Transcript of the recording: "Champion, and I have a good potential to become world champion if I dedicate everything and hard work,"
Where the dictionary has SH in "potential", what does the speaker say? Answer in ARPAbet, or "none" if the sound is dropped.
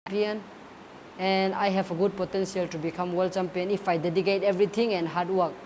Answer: S